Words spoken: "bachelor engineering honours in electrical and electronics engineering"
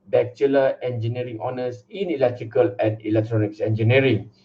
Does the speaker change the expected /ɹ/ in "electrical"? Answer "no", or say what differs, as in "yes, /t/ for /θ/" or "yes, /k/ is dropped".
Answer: no